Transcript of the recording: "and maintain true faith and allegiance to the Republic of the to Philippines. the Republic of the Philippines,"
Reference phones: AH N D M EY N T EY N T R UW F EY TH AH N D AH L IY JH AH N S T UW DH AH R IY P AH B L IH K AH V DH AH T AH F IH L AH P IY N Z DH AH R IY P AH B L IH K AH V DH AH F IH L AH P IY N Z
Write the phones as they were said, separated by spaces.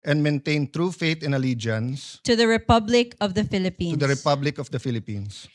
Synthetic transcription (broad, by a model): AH N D M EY N T EY N T R UW F EY T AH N AH L IY JH AH N S T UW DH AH R IY P AH B L IH K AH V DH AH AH F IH L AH P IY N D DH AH R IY P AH B L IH K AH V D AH F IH L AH P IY N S